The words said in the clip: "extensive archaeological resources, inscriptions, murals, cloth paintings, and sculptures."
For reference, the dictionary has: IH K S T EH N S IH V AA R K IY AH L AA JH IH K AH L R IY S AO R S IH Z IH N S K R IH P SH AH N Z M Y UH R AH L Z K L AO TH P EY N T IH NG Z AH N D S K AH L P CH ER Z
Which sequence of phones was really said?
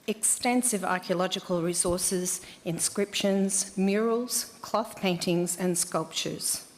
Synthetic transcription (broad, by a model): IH K S T EH N S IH V AA R K IY AH L AA JH IH K AH L R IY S AO R S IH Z IH N S K R IH P SH AH N Z M Y UH R AH L Z K L AO TH P EY N T IH NG Z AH N S K AH L P CH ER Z